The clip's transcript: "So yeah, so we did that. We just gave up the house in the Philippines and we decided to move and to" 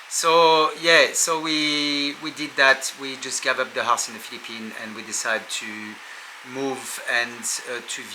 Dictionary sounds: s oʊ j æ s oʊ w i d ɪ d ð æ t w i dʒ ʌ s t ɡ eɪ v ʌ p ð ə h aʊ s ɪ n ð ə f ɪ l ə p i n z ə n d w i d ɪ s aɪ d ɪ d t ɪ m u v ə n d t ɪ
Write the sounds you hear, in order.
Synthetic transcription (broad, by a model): s oʊ j æ s oʊ w i d ɪ d ð æ t w i dʒ ʌ s t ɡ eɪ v ʌ p ð ə h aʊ s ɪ n ð ə f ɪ l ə p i n ə n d w i d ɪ s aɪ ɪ d t ɪ m u v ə n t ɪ